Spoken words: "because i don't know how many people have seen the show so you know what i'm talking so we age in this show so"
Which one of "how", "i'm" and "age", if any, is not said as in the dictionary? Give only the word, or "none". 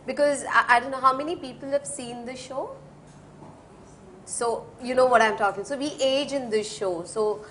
none